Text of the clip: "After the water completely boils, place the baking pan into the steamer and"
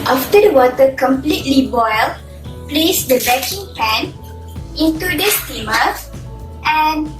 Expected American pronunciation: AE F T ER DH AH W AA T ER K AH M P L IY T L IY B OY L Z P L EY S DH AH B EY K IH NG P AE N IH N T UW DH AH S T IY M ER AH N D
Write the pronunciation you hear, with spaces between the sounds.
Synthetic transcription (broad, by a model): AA F T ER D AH W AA T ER K AH M P L IY T L IY B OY L P L EY S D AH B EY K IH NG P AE N IH N T UW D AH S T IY M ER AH N